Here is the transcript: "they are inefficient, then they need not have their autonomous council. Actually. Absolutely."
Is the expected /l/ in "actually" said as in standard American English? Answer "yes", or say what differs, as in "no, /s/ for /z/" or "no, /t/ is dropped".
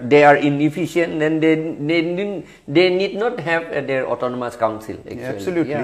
no, /l/ is dropped